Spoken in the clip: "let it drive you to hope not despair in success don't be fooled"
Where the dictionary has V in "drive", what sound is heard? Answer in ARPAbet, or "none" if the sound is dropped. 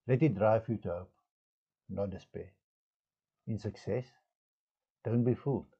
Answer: F